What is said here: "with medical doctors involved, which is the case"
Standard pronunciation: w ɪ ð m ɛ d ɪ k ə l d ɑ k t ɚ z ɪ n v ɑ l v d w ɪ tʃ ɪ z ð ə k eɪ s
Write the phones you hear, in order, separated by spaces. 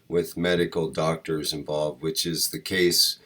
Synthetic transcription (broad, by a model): w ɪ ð m ɛ d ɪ k l d ɑ k t ɚ z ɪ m v ɑ l v d w ɪ tʃ ɪ z ð ə k eɪ s